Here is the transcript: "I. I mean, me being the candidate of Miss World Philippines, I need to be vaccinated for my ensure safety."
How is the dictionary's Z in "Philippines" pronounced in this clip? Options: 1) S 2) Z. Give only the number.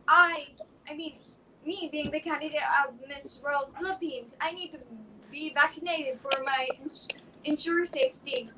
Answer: 2